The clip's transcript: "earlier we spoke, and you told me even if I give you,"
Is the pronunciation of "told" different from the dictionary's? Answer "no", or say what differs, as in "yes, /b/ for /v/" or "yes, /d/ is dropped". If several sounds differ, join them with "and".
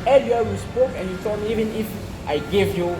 yes, /l/ is dropped